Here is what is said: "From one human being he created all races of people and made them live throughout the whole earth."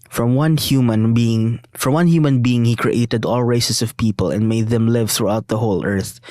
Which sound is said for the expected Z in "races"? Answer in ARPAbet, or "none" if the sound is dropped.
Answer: S